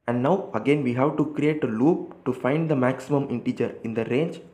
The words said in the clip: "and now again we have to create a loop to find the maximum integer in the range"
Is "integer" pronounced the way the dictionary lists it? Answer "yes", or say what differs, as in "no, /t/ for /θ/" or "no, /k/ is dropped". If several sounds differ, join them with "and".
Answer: yes